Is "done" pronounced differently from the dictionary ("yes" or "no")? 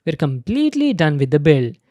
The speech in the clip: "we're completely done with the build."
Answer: no